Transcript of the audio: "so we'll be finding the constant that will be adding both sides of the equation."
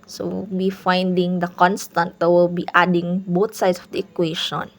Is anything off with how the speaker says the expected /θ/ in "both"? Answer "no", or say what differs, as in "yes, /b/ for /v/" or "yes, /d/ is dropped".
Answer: yes, /t/ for /θ/